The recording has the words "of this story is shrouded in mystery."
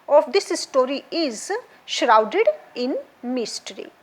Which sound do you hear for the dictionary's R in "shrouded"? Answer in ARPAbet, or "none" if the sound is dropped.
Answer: R